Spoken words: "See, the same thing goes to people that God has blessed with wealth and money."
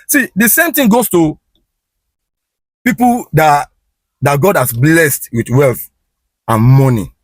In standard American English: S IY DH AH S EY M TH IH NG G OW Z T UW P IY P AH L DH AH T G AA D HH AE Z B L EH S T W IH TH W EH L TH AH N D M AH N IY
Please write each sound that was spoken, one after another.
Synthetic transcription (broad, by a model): S IY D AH S EY M T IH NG G OW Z T UW P IY P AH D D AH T G AA D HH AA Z B L EH S T W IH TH W EH L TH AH N M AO N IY